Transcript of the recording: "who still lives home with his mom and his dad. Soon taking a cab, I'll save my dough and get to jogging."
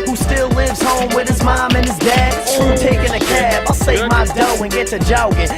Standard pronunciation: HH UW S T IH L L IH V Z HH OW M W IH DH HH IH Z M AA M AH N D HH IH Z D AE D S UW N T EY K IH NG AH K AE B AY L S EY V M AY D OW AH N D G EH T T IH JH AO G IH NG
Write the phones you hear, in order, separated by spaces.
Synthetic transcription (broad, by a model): HH UW S T IH L L IH V Z HH OW M W IH DH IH Z M AA M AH N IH Z D AE D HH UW T EY K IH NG AH K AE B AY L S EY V M AY D OW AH N G EH T S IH JH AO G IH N